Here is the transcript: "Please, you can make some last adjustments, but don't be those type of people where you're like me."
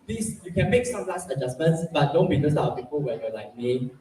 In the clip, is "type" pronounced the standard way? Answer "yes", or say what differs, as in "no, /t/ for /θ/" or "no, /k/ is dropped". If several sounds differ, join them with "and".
no, /p/ is dropped